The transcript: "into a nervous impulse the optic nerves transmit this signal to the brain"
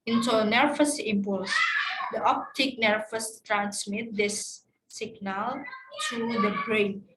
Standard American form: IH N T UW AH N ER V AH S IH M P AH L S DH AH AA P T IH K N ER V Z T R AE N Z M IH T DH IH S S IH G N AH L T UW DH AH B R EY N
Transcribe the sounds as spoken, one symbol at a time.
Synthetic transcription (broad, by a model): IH N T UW N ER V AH S IH M P AH L S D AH AA P T IH K N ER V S T R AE N S M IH T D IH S S IH G N AH L T UW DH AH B R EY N